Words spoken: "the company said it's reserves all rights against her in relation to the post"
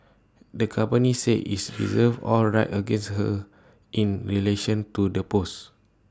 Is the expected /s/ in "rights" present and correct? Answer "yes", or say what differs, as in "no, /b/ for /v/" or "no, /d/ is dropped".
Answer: no, /s/ is dropped